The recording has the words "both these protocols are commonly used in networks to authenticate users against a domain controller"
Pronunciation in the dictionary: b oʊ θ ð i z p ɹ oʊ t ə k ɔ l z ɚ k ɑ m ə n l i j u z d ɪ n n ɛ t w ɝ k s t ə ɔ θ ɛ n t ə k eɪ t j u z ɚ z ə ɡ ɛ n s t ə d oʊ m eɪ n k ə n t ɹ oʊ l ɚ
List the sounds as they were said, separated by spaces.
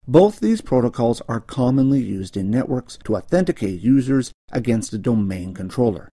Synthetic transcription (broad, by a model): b oʊ θ ð i z p ɹ oʊ t ə k ɔ l z ɚ k ɑ m ə n l i j u z d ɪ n n ɛ t w ɝ k s t ə ɔ θ ɛ n t ə k eɪ t j u z ɚ z ə ɡ ɛ n s t ə d oʊ m eɪ n k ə n t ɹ oʊ l ɚ